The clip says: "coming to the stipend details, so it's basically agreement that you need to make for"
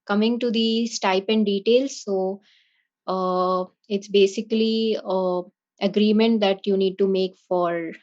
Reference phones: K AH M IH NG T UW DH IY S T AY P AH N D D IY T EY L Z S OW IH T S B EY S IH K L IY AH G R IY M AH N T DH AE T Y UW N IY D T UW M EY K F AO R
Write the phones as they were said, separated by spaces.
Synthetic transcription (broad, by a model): K AH M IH NG T UW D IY S T AY P AH N D D IY T EY L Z S OW IH T S B EY S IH K L IY AH G R IY M AH N T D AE T Y UW N IY D T UW M EY K F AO R